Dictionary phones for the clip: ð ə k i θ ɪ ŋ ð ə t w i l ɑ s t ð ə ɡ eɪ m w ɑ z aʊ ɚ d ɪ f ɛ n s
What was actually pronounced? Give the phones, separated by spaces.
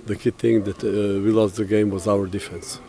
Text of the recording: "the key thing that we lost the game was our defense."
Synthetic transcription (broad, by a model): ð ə k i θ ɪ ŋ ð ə t w i l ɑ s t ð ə ɡ eɪ m w ɑ z aʊ ɚ d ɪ f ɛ n s